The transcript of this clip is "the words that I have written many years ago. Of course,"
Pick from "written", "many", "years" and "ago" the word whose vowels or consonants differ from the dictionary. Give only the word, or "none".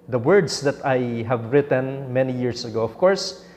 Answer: years